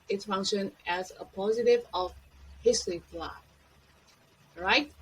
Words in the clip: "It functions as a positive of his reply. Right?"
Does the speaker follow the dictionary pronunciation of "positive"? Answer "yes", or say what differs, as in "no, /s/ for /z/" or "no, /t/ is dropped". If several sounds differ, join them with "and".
yes